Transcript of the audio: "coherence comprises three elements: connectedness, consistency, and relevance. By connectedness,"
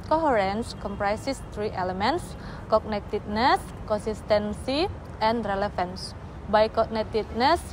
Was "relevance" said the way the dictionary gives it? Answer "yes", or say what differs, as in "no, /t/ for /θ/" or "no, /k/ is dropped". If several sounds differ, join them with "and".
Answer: no, /f/ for /v/